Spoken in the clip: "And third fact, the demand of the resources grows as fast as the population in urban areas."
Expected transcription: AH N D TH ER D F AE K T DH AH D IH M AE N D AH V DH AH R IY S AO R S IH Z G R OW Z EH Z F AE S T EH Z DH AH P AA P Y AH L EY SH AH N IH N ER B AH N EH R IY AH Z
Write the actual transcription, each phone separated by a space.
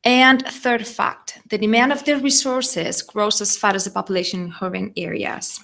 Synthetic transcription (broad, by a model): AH N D TH ER D F AE K T DH AH D IH M AE N D AH V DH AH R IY S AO R S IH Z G R OW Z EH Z F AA T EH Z DH AH P AA P Y AH L EY SH AH N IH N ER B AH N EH R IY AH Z